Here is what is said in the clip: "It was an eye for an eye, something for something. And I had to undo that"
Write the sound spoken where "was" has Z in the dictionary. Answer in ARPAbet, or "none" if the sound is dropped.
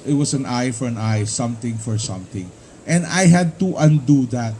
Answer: S